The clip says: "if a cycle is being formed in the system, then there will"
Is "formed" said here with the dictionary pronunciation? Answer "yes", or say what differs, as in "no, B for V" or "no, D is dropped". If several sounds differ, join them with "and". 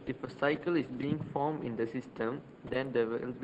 no, D is dropped